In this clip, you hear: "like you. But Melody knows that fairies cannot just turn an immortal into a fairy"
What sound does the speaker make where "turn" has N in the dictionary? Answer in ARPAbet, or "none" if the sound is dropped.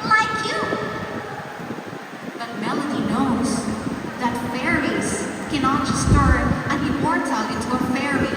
none